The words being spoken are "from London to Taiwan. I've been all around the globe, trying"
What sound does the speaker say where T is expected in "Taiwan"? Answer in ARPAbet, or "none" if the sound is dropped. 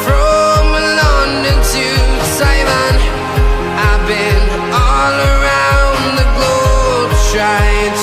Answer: S